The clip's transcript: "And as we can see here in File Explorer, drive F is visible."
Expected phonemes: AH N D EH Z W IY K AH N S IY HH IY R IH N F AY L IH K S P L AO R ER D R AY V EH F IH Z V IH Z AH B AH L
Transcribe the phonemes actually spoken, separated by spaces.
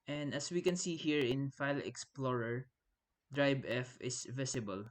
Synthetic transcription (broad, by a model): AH N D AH S W IY K AH N S IY HH IY R IH N F AY L IH K S P L AO R ER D R AY B EH F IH S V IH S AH B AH L